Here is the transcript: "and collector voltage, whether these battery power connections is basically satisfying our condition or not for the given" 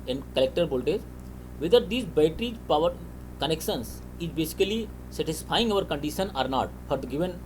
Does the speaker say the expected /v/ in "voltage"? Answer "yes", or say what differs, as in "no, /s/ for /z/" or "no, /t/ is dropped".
no, /b/ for /v/